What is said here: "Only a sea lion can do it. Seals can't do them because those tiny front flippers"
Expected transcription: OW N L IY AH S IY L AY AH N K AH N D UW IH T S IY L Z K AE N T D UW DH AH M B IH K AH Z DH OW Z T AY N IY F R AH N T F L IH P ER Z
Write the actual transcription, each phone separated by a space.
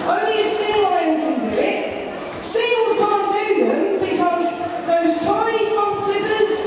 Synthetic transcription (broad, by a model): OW N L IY AH S IY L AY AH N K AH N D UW IH T S IY L Z K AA N D UW DH AH M B IH K AH Z DH OW Z T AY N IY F AH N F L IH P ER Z